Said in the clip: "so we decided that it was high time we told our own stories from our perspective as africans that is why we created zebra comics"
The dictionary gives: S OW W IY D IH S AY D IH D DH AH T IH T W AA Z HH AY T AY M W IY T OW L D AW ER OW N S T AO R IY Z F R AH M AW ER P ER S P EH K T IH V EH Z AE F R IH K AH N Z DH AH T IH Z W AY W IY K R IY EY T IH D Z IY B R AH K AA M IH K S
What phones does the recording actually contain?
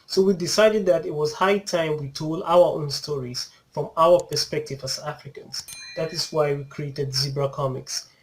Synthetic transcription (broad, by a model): S OW W IY D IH S AY D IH D DH AH T IH T W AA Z HH AY T AY M W IY T OW L D AW ER OW N S T AO R IY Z F R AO M AW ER P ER S P EH K T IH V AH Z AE F R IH K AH N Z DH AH T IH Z W AY W IY K R IY EY T IH D Z IY B R AH K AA M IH K S